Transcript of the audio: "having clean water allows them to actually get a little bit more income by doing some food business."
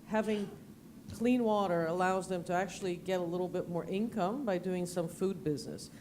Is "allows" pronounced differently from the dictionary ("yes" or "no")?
no